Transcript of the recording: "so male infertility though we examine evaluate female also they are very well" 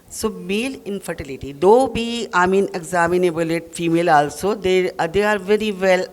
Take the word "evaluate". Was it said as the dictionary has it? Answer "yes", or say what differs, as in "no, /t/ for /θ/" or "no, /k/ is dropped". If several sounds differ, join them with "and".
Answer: no, /b/ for /v/